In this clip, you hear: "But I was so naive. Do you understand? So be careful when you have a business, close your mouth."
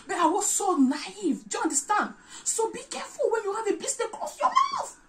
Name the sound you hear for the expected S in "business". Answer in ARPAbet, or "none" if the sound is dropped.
none